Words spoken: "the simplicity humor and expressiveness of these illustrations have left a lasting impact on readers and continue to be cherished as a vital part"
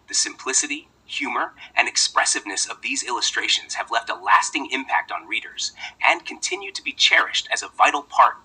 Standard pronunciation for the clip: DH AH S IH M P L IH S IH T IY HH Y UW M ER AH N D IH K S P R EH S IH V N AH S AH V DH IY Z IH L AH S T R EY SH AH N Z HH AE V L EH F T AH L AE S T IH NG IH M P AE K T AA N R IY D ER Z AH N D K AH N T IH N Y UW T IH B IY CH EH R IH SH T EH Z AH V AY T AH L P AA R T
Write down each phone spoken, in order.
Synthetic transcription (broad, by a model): DH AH S IH M P L IH S IH T IY HH Y UW M ER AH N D IH K S P R EH S IH V N AH S AH V DH IY Z IH L AH S T R EY SH AH N Z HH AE V L EH F T AH L AE S T IH NG IH M P AE K T N R IY D ER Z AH N K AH N T IH N Y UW T IH B IY CH EH R IH SH T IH Z AH V AY T L P AA R T